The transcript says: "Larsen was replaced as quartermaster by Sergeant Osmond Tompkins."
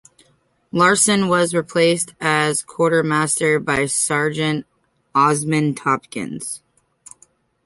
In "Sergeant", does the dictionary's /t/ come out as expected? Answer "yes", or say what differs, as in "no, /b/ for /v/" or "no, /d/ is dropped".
yes